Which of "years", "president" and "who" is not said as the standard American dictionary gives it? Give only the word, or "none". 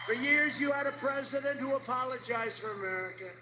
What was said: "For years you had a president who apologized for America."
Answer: none